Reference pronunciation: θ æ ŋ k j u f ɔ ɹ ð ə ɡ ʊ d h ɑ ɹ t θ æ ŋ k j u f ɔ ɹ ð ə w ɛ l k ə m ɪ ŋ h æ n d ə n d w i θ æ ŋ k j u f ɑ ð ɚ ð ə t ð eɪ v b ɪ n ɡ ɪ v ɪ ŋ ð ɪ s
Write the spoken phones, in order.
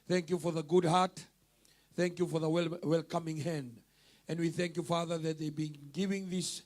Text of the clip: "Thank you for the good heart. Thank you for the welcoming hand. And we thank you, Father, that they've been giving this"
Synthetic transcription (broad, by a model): θ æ ŋ k j u f ɔ ɹ ð ə ɡ ʊ d h ɑ ɹ t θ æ ŋ k j u f ɔ ɹ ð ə w ɛ l k ə m ɪ ŋ h æ n d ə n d w i θ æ ŋ k j u f ɑ ð ɚ ð ə t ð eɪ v b ɪ n ɡ ɪ v ɪ ŋ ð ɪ s